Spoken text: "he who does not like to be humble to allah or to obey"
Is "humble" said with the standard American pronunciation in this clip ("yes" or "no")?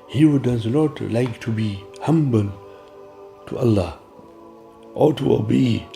yes